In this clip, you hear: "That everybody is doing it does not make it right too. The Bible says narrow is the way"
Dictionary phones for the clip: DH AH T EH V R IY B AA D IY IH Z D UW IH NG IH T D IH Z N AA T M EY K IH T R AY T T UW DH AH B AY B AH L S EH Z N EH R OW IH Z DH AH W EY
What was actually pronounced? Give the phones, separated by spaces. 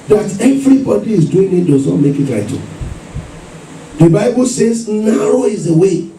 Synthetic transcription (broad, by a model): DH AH T EH V R IY B AA D IY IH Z D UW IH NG IH T D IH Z N AA T M EY K IH T L AY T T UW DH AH B AY B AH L S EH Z N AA R OW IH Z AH W EY